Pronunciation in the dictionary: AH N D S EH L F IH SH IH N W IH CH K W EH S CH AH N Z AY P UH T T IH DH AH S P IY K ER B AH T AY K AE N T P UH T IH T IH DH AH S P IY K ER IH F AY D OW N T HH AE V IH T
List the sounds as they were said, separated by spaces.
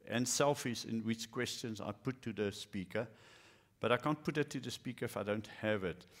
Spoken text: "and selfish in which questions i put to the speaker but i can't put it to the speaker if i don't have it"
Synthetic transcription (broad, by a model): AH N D S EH L F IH S IH N W IH CH K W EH S CH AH N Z AY P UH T T IH DH AH S P IY K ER B AH T AY K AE N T P UH T IH T IH DH AH S P IY K ER IH F AY D OW N T HH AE V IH T